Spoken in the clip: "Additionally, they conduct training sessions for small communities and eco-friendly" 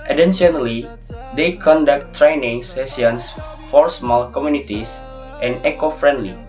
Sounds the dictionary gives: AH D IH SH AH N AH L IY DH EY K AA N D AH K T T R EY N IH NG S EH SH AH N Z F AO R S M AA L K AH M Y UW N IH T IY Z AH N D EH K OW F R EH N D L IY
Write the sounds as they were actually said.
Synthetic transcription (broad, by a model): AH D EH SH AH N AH L IY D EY K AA N D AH K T T R EY N IH NG S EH S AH N S F AO R S M AA L K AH M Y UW N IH T IY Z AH N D EH K OW F R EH N D L IY